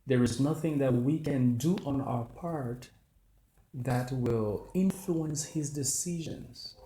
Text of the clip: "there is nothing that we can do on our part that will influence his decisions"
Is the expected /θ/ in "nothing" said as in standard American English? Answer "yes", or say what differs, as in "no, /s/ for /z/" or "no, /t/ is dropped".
yes